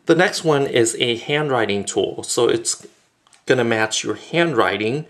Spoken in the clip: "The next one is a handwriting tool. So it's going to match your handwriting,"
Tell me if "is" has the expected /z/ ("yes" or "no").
yes